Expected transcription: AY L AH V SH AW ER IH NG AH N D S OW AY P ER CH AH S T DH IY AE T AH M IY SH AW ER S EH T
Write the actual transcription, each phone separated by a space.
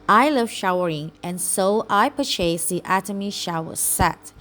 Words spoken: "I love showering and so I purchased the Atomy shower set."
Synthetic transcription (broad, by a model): AY L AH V SH AW ER IH NG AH N S OW AY P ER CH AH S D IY AE T AH M IY SH AW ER S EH T